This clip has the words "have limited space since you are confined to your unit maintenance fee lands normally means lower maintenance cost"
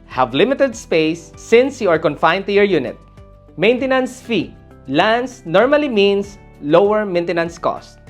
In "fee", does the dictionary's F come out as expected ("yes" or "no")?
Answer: yes